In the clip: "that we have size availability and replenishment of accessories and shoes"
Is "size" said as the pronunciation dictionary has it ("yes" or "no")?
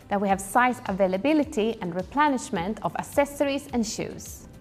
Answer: no